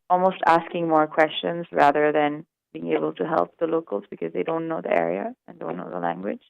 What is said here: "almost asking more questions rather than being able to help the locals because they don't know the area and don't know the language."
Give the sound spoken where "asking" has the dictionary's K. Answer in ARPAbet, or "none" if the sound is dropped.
K